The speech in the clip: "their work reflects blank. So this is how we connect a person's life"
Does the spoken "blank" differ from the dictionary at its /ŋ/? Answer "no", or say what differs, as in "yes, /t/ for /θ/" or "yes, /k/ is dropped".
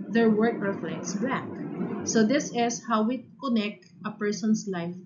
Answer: yes, /ŋ/ is dropped